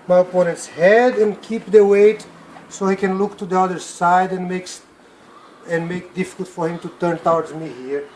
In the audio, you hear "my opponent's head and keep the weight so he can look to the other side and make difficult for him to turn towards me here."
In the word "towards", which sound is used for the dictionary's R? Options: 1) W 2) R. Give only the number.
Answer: 1